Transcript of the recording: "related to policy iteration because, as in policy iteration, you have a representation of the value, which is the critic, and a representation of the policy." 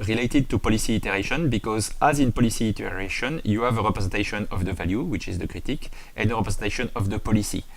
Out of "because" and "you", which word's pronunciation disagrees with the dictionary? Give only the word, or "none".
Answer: none